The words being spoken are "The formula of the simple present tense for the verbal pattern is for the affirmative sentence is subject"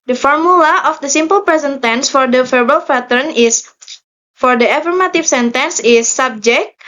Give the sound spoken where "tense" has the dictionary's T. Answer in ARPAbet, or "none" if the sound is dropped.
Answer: T